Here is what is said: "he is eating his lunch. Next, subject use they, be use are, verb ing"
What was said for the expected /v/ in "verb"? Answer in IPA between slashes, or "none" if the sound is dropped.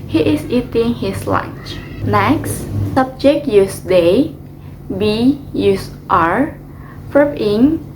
/f/